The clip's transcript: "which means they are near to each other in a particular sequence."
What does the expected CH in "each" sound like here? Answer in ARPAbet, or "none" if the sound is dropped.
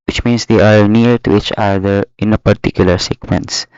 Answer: CH